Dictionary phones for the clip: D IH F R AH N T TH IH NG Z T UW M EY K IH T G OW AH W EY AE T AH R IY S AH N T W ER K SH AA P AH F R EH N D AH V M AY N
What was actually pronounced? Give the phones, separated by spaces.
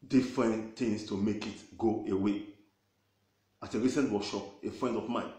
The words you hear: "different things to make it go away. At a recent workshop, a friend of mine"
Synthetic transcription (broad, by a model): D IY F R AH N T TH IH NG S T UW M EY K IH T G OW AH W EY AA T AH R IY S AH N T W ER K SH AA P AH F R EH N D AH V M AY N